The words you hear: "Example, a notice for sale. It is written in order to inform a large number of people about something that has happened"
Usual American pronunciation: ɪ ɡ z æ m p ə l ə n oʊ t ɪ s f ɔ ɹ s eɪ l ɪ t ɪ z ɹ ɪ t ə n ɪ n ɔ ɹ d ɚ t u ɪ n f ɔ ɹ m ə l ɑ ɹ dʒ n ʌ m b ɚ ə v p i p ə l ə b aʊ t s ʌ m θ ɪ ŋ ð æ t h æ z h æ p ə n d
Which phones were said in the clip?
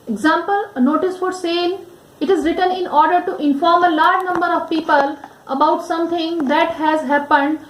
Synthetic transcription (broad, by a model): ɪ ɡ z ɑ m p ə l ə n oʊ t ɪ s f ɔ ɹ s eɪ n ɪ t ɪ z ɹ ɪ t ə n ɪ n ɔ ɹ d ɚ t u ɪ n f ɔ ɹ m ə l ɑ ɹ dʒ n ʌ m b ɚ ə v p i p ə l ə b aʊ t s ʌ m t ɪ ŋ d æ t h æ z h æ p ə n d